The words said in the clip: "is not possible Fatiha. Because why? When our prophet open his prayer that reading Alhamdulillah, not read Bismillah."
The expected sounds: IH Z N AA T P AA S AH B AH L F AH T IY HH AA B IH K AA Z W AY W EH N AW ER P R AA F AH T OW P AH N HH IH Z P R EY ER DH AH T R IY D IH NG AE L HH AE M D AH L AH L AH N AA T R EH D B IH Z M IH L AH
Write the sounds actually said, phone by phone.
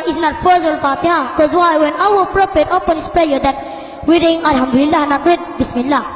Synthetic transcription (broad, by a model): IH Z N AA T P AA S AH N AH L P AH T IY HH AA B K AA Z W AY W EH N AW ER P R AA P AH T OW P AH N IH S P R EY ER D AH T W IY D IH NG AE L HH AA M D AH L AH L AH N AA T W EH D B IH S M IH L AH